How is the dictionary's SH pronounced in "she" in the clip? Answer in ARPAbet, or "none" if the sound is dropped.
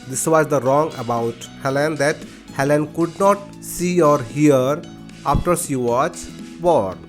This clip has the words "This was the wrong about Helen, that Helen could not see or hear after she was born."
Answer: S